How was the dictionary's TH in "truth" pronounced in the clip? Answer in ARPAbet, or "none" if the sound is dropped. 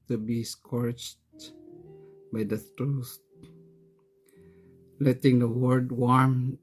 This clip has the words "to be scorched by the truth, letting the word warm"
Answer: T